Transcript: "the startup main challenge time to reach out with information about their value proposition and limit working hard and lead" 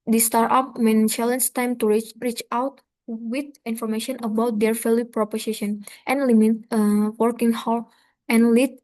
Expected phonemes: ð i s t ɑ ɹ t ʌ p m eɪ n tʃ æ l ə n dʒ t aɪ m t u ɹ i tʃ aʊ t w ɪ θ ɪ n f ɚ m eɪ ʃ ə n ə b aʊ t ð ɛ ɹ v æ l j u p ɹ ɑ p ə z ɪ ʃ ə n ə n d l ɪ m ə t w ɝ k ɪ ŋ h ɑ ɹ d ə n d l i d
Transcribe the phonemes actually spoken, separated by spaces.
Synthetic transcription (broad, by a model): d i s t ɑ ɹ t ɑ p m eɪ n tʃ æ l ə n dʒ t aɪ m t u ɹ i tʃ aʊ t w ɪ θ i n f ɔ m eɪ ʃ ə n ə b aʊ t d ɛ ɹ f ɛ l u p ɹ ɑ p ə s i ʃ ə n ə n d l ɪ m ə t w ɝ k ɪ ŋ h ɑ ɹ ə n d l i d